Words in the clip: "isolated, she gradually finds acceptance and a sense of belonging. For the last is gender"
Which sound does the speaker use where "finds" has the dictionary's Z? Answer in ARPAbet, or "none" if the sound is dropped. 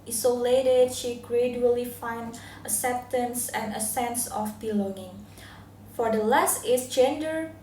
none